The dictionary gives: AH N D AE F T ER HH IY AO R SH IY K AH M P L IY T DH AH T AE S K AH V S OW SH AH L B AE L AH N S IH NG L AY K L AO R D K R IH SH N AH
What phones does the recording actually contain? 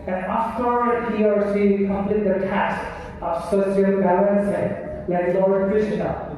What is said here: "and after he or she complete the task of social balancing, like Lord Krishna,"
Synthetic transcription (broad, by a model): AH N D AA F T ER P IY AO R S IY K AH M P L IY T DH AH T AE S K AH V S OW S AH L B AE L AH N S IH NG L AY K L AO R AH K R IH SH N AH